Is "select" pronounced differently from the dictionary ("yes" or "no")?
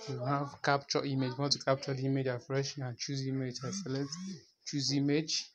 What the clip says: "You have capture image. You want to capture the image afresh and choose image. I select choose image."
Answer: yes